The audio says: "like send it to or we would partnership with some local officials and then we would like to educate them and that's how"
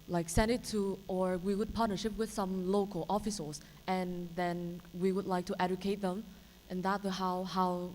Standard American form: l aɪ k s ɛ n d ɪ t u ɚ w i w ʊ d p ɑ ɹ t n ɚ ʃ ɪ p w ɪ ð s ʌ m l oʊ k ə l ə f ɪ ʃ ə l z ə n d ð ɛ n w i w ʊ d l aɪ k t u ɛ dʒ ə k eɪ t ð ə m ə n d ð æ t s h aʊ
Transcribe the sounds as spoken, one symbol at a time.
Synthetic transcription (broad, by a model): l aɪ k s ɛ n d ɪ t u ɚ w i w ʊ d p ɑ ɹ t n ɚ ʃ ɪ p w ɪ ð s ʌ m l oʊ k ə l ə f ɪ s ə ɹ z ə n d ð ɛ n w i w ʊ d l aɪ k t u ɛ dʒ ə k eɪ t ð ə m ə n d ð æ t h h aʊ